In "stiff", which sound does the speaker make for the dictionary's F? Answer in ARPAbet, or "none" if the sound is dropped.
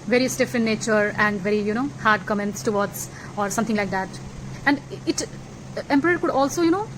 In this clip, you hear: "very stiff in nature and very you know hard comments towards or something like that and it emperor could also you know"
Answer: F